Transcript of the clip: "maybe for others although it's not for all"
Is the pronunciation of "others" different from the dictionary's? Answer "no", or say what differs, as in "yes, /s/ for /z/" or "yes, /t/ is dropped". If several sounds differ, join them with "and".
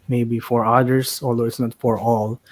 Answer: yes, /s/ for /z/